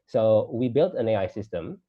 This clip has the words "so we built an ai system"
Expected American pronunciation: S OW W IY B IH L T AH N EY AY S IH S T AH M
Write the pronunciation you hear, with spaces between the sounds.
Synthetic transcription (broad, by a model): S OW W IY B IH L T AH N EY AY S IH S T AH M